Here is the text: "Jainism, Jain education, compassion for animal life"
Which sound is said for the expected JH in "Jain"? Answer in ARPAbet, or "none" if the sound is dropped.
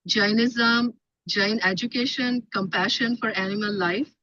JH